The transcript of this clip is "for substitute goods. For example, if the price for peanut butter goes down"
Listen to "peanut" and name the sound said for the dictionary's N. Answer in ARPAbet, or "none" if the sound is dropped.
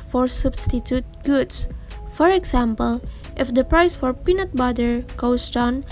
N